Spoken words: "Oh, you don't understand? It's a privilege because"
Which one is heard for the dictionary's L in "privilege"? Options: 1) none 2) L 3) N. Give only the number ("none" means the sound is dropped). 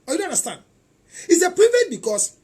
1